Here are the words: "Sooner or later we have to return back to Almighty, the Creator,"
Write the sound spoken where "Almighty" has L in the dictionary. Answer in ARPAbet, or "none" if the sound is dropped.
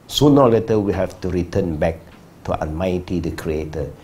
N